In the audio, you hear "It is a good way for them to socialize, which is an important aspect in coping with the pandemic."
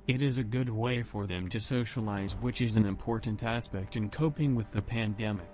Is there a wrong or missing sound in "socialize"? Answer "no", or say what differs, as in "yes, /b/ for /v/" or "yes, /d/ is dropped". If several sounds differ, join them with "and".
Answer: no